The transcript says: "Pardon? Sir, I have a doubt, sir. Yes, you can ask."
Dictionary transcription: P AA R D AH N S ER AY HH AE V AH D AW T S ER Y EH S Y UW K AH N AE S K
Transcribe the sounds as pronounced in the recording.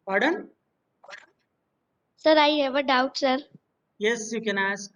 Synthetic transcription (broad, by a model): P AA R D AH N S ER AY HH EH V AH D AW T S ER Y EH S Y UW K AH N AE S K